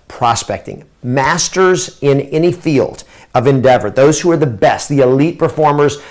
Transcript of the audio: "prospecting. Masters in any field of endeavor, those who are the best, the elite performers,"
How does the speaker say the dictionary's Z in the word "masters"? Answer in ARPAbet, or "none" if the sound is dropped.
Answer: Z